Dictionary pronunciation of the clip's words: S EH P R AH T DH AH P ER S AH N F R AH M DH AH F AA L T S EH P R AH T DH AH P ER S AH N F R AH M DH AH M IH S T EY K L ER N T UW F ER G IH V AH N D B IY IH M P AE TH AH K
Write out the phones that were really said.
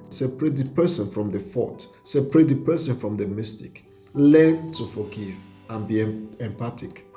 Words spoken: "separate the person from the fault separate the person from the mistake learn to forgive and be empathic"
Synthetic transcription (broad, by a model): S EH P R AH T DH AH P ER S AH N F R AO M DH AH F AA T S EH P R AH T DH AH P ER S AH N F R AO M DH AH M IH S T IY K L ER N T UW F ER G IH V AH N B IY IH M P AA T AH K